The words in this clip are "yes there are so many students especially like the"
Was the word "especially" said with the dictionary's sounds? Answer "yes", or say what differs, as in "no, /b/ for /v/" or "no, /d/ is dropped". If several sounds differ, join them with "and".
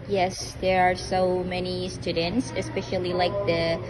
yes